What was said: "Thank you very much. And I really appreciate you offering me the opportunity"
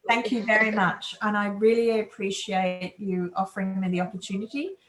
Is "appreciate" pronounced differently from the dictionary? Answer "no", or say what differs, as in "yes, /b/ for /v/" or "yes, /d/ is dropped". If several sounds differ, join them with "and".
no